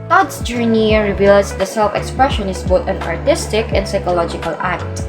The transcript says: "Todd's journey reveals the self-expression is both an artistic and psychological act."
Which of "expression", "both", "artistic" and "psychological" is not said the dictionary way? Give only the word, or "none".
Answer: both